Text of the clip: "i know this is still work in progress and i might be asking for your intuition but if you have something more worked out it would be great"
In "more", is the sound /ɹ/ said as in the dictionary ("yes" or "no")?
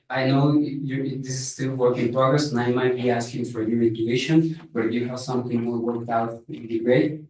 no